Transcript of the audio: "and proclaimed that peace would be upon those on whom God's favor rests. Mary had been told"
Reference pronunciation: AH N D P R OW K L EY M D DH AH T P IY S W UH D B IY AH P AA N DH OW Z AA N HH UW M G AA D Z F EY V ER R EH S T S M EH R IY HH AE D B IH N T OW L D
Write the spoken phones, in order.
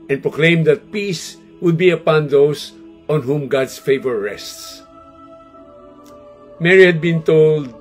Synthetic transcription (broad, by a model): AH N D P R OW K L EY M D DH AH T P IY S W UH D B IY AH P AA N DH OW S AA N HH UW M G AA D S F EY V ER R EH S T S M EH R IY HH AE D B IH N T OW L D